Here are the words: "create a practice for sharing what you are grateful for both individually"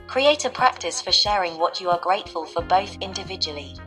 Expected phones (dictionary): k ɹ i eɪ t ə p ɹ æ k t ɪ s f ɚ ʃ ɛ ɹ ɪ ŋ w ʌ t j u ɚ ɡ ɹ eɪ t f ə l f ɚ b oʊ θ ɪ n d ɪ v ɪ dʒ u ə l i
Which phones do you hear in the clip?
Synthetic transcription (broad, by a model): k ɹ i eɪ t ə p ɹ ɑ k t ɪ s f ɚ ʃ ɛ ɹ ɪ ŋ w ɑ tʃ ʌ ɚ ɡ ɹ eɪ t f ə l f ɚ b oʊ θ ɪ n d ɪ v ɪ dʒ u ə l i